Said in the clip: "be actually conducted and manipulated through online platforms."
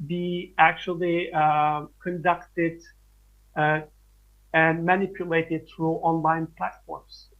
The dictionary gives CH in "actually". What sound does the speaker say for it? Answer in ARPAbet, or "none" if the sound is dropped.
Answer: CH